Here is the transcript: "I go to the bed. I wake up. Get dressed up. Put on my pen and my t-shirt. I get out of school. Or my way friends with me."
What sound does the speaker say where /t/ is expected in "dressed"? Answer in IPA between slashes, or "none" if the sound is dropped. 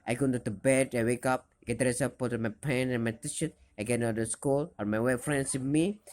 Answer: none